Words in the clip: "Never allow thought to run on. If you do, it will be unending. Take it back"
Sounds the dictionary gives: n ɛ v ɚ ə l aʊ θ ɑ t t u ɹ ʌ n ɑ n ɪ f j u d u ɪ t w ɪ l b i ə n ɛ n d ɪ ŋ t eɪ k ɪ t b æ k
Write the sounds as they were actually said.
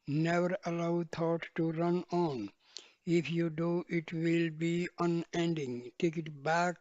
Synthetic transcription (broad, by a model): n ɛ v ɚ ə l aʊ t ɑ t t u ɹ ʌ n ɑ n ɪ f j u d u ɪ t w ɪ l b i ə n ɛ n d ɪ ŋ t eɪ k ɪ t b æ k